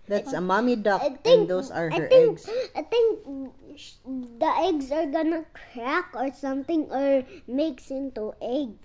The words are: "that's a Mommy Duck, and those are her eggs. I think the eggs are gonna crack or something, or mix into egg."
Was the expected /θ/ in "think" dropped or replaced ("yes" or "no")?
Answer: yes